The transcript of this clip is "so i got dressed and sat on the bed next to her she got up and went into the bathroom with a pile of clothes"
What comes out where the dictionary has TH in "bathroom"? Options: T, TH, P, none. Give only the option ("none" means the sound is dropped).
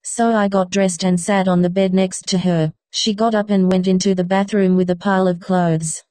TH